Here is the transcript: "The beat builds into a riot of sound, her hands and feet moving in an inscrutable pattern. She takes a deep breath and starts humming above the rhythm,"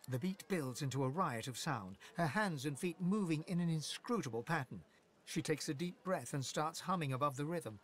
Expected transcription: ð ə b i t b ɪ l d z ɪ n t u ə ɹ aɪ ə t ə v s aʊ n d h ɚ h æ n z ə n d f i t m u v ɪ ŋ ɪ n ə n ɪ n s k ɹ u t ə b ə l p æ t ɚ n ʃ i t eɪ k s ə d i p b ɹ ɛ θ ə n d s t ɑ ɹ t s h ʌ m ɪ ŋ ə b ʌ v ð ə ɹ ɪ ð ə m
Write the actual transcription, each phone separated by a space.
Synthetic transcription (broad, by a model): ð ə b i t b ɪ l d z ɪ n t u ə ɹ aɪ ə t ə v s aʊ n d h ɚ h æ n z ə n f i t m u v ɪ ŋ ɪ n ə n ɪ n s k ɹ u t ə b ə l p æ t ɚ n ʃ i t eɪ k s ə d i p b ɹ ɛ θ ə n s t ɑ ɹ t s h ʌ m ɪ ŋ ə b ʌ v ð ə ɹ ɪ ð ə m